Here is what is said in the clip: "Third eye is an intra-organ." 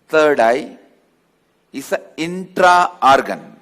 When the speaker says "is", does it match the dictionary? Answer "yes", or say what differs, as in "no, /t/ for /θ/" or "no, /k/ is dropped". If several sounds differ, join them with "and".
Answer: no, /s/ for /z/